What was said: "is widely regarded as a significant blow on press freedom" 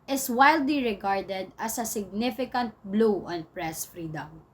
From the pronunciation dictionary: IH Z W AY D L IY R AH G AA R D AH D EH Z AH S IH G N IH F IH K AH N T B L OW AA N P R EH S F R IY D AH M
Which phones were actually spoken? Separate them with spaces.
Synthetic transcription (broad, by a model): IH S W AY D L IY R AH G AA R D AH D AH S AH S IH G N IH F IH K AH N T B L OW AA N P R EH S F R IY D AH M